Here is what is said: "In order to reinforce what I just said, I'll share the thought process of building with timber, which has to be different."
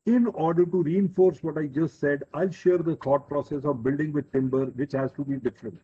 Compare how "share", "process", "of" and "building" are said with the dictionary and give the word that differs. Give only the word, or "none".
none